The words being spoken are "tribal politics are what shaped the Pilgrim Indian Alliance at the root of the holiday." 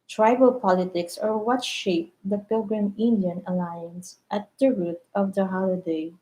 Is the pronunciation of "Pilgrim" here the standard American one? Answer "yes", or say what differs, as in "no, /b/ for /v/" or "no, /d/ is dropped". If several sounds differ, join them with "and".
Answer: yes